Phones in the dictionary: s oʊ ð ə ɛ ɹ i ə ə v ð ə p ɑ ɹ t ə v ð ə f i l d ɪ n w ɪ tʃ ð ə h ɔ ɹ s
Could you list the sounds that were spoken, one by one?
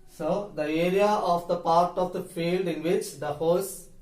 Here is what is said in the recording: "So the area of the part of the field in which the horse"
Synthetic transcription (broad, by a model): s oʊ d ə ɛ ɹ i ə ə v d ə p ɑ ɹ t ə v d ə f i l d ɪ n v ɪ tʃ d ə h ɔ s